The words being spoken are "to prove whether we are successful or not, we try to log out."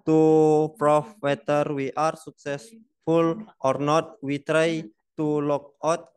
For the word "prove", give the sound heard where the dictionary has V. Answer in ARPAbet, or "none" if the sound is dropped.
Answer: F